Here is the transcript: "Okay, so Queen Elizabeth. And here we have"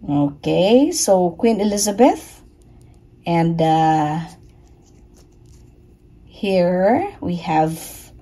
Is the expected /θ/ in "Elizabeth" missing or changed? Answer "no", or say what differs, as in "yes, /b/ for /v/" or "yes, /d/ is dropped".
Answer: no